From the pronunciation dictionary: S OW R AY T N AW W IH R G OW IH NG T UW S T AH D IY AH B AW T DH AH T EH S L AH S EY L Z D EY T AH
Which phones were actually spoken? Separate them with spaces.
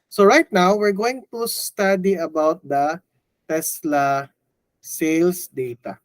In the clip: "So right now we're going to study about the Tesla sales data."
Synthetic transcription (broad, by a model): S OW R AY T N AW W IH R G OW IH NG T UW S T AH D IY AH B AW T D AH T EH S L AH S EY L S D EY T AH